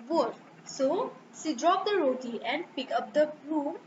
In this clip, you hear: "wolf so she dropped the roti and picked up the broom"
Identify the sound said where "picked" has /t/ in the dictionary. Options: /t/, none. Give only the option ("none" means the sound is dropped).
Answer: none